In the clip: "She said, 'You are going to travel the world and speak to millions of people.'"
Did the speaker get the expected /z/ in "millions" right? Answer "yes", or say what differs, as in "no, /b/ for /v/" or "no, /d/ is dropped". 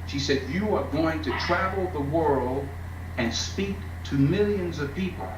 yes